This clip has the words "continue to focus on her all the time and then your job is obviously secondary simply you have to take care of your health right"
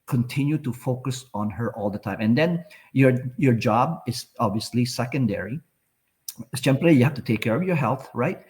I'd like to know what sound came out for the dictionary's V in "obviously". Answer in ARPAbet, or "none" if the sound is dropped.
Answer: V